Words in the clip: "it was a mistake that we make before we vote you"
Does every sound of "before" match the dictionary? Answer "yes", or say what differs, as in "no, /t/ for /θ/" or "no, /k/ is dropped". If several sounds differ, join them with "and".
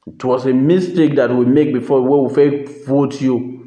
no, /w/ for /ɹ/